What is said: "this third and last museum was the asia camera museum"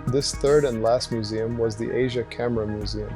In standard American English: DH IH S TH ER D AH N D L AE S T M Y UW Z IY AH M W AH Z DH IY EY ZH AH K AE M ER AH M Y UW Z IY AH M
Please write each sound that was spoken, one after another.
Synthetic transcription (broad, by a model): DH IH S TH ER D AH N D L AE S T M Y UW Z IY AH M W AH Z DH IY EY ZH AH K AE M ER AH M Y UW Z IY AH M